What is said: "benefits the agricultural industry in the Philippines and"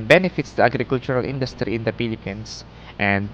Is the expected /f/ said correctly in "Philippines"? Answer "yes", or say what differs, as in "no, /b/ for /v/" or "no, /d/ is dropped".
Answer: no, /p/ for /f/